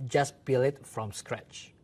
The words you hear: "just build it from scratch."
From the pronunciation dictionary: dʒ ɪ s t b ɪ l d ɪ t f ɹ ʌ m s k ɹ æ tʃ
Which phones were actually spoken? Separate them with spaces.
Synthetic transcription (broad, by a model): dʒ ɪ s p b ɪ l ɪ t f ɹ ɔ m s k ɹ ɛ tʃ